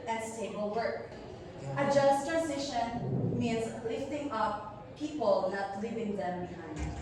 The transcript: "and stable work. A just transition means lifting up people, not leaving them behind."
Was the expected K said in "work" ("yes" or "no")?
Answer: no